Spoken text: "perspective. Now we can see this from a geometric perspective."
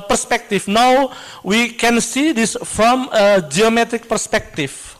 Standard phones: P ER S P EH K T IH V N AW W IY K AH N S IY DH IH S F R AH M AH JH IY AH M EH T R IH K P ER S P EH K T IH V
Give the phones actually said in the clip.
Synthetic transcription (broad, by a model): P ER S P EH K T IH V N AW W IY K AH N S IY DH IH S F R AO M AH JH IY AH M EH T R IH K P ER S P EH K T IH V